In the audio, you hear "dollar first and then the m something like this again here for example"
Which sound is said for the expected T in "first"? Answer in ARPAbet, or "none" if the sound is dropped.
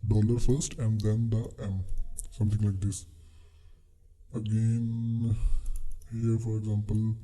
T